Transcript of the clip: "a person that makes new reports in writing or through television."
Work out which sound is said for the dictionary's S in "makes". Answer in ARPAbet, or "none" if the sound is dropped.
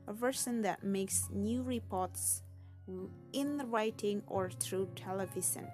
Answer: S